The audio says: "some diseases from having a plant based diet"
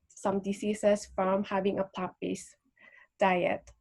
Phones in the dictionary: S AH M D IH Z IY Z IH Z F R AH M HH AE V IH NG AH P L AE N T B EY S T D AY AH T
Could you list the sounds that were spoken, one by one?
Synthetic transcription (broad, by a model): S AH M D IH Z IY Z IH S F R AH M HH AE V IH NG AH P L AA T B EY S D AY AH T